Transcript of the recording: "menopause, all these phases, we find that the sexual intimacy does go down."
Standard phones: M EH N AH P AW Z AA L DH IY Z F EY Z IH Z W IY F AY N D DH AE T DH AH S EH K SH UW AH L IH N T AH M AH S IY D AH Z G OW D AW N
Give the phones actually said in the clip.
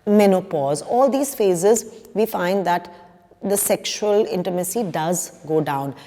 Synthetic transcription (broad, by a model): M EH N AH P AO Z AA L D IY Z F EY Z IH Z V IY F AY N D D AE T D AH S EH K SH UW AH L IH N T AH M AH S IY D AH Z G OW D AW N